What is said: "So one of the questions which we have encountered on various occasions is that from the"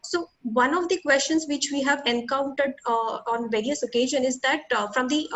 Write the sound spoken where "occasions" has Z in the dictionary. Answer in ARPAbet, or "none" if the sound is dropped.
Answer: none